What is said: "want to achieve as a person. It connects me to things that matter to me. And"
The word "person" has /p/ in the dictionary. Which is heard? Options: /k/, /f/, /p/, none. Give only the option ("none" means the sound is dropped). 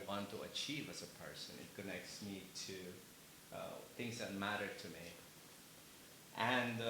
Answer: /p/